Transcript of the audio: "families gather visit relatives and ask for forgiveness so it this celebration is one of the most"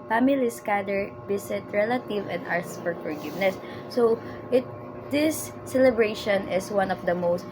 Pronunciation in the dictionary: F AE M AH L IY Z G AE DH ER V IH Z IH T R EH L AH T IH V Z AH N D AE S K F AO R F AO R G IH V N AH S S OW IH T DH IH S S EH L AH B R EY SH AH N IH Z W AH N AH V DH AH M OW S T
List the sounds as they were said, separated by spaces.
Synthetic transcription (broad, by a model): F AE M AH L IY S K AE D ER B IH S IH T R EH L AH T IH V AH N D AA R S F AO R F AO R G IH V N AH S S OW IH T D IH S S EH L AH B R EY SH AH N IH S W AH N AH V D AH M OW S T